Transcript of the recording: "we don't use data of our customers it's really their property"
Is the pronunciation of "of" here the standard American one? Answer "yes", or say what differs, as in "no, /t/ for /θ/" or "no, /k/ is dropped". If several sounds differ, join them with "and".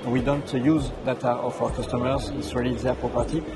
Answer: no, /f/ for /v/